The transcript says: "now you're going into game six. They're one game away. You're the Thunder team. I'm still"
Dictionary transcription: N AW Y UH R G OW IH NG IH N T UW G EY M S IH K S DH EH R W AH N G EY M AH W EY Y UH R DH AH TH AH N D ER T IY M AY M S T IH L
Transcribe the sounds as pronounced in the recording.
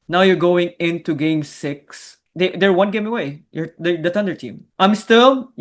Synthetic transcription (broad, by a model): N AW Y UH R G OW IH NG IH N T UW G EY M S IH K S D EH R W AH N G EY M AH W EY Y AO R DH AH T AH N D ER T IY M AY M S T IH L